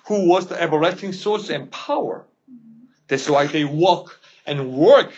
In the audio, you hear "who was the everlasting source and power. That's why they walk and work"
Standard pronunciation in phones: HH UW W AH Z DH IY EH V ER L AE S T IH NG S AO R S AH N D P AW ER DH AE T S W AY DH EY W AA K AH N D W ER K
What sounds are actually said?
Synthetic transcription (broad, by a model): HH UW W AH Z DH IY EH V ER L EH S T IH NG S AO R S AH N P AW ER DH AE S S W AY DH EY W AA K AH N W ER K